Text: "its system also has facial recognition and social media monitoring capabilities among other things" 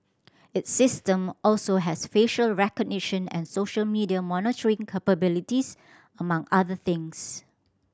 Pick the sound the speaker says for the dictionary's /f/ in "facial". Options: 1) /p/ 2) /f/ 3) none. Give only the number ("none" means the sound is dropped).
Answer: 2